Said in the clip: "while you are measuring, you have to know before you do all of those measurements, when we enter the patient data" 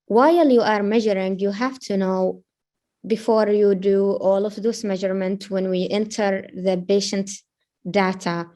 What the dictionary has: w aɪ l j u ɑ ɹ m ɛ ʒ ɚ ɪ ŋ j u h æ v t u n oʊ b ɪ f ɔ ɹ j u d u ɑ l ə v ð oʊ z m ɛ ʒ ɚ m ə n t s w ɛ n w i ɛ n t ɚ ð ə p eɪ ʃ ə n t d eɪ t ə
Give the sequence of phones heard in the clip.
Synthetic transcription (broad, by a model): w aɪ l j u ɑ ɹ m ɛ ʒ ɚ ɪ ŋ j u h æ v t u n oʊ b ɪ f ɔ ɹ j u d u ɑ l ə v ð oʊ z m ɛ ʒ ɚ m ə n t w ɛ n w i ɛ n t ɚ ð ə b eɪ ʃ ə n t d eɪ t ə